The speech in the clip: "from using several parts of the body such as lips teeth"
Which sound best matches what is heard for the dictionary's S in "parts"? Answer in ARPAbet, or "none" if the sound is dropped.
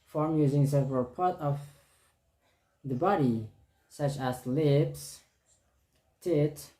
none